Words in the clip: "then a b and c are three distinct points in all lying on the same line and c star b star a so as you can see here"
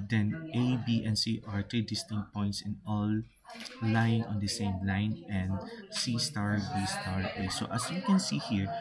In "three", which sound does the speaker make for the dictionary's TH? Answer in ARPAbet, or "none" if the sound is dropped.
T